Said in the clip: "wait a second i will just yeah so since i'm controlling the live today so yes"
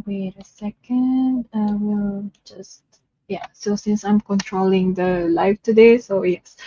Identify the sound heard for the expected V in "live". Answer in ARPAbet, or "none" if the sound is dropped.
F